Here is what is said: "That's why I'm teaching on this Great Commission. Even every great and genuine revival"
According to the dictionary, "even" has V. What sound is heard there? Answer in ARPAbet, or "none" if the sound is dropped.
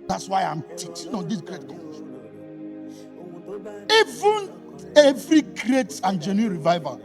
V